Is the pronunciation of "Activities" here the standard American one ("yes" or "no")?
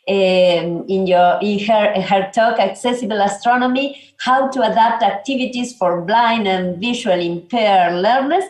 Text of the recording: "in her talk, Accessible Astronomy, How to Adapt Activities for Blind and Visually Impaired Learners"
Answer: no